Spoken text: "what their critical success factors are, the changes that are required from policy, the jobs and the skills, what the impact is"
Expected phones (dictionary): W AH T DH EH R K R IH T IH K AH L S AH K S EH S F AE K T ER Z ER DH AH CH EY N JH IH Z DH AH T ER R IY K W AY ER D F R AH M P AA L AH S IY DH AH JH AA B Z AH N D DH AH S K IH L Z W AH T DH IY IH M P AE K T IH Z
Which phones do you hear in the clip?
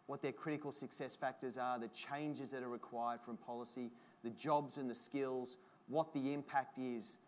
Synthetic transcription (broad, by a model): W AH T DH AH R K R IH T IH K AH L S AH K S EH S F AE K T ER Z ER DH AH CH EY N JH IH Z DH AH T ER R IY K W AY ER D F R AH M P AA L AH S IY DH AH JH AA B Z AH N DH AH S K IH L Z W AH T DH IY IH M P AE K T IH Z